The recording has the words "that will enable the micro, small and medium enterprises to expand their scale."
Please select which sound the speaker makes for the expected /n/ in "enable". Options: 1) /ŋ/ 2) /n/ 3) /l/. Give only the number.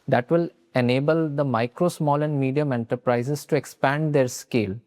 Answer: 2